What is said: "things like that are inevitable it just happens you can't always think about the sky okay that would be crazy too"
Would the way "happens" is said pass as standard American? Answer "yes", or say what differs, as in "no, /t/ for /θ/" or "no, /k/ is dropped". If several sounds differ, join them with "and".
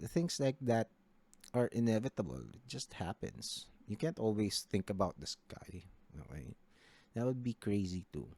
no, /s/ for /z/